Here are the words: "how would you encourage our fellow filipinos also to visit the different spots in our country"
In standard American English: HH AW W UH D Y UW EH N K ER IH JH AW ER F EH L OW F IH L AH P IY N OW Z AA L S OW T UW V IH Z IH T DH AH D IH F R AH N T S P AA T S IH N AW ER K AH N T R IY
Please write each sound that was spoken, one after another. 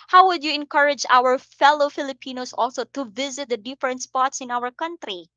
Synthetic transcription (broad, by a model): HH AW W UH D Y UW EH N K ER IH JH AW ER F EH L OW F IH L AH P IY N OW S AA L S OW T UW V IH Z IH T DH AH D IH F R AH N T S P AA T S IH N AW ER K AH N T R IY